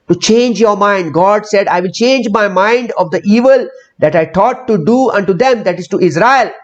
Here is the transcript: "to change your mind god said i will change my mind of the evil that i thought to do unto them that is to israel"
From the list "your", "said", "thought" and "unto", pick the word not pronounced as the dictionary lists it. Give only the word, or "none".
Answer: thought